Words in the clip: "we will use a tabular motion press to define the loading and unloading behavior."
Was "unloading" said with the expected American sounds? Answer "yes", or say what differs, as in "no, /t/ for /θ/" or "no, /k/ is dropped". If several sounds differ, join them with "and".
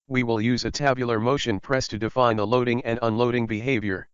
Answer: yes